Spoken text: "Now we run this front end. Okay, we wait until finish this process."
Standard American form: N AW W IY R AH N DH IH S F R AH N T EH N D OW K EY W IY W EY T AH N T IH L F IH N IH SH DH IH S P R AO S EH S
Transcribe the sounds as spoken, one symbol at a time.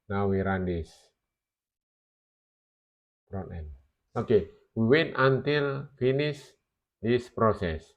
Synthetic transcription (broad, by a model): N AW W IY R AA N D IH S P R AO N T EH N OW K EY W IY W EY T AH N T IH L F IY N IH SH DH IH S P R AO S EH S